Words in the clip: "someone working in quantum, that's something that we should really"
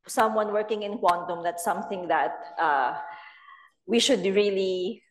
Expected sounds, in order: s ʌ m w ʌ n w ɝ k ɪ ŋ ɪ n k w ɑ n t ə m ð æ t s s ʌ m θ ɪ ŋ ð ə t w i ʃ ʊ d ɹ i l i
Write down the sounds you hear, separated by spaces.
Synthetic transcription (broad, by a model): s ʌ m w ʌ n w ɝ k ɪ ŋ ɪ n k w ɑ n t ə m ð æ t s s ʌ m θ ɪ ŋ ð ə t w i ʃ ʊ d ɹ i l i